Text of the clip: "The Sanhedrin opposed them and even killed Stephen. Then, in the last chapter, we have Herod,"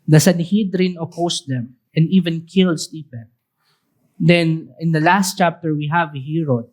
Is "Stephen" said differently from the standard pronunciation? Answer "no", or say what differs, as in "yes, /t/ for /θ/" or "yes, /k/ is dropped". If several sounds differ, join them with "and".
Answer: yes, /p/ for /v/